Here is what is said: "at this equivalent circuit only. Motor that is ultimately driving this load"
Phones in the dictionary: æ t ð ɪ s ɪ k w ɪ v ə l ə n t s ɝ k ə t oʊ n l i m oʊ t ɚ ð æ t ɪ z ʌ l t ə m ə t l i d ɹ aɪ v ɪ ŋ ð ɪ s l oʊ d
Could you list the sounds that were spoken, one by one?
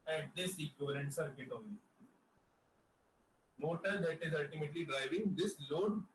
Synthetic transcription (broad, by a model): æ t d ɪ s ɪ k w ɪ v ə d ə n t s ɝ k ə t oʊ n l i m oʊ t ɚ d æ t ɪ z ʌ l t ə m ə t l i d ɹ aɪ v ɪ ŋ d ɪ s l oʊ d